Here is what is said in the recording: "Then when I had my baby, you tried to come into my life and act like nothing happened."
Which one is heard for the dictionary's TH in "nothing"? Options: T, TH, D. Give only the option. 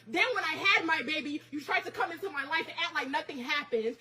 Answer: TH